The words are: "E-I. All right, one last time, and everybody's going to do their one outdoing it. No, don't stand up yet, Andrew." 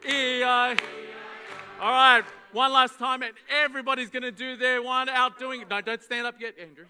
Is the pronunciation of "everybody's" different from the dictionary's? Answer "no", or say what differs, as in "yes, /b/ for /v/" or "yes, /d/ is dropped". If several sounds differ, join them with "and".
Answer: no